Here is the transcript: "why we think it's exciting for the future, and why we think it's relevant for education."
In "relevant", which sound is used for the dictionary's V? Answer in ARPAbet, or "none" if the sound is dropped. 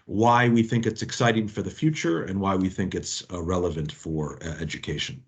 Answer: V